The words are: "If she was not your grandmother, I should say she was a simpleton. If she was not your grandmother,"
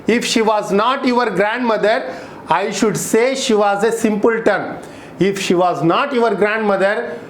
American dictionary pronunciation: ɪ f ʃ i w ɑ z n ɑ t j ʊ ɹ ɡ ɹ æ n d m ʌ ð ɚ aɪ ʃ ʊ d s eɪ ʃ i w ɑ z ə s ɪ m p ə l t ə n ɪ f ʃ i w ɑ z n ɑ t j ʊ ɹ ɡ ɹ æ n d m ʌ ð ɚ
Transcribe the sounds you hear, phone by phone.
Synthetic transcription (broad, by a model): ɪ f ʃ i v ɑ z n ɑ t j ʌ ɹ ɡ ɹ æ n d m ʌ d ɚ aɪ ʃ ʊ d s eɪ ʃ i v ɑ z ə s ɪ m p ə l t ə n ɪ f ʃ i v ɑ z n ɑ t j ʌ ɹ ɡ ɹ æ n d m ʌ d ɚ